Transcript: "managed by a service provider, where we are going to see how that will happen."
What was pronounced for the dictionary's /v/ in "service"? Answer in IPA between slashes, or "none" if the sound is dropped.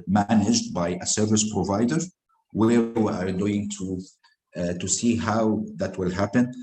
/v/